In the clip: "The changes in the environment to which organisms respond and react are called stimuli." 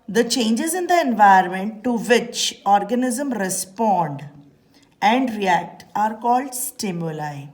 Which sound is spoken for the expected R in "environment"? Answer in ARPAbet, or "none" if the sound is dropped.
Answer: none